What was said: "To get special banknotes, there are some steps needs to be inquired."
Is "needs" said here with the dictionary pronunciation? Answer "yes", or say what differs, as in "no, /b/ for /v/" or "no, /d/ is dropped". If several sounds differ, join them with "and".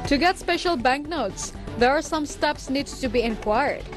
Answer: no, /z/ is dropped